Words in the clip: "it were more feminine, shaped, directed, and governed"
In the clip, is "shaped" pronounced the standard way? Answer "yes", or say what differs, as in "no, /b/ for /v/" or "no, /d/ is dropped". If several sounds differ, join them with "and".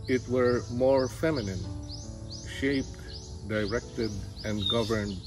yes